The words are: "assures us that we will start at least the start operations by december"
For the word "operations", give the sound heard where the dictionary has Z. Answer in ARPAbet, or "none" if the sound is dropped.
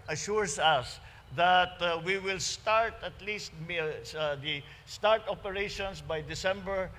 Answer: S